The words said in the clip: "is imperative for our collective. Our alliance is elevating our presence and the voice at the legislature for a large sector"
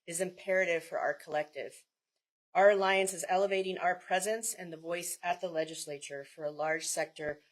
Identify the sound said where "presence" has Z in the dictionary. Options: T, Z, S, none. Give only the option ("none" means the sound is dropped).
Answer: Z